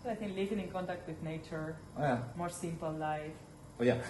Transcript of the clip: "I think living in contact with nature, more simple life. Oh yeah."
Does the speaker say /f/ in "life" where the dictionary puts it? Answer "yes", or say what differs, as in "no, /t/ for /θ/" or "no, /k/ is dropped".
yes